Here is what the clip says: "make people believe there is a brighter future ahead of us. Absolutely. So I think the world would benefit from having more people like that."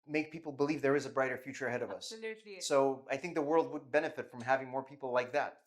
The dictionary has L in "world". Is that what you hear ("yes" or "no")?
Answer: yes